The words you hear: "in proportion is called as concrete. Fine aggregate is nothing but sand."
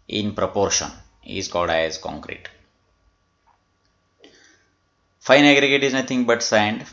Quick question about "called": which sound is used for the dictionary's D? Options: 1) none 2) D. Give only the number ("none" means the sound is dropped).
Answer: 2